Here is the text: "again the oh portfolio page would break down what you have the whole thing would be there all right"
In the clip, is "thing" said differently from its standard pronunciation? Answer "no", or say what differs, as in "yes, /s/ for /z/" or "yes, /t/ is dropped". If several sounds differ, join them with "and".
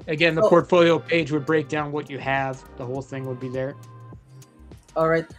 no